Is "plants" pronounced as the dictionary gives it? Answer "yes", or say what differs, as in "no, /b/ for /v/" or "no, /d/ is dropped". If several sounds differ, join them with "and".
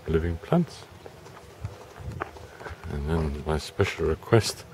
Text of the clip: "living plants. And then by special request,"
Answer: yes